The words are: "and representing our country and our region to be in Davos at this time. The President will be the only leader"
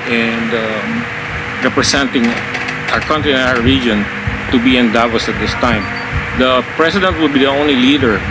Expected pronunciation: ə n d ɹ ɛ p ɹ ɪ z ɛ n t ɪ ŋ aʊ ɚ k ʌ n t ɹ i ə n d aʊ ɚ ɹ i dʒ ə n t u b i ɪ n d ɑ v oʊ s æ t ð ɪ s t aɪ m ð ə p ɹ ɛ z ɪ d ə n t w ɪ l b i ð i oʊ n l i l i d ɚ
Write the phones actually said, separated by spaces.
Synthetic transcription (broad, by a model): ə n d ɹ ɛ p ɹ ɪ s ɛ n t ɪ ŋ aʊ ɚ k ʌ n t ɹ i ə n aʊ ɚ ɹ i dʒ ə n t u b i ɪ n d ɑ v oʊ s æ t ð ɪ s t aɪ m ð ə p ɹ ɛ s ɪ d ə n t w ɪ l b i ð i oʊ n l i l i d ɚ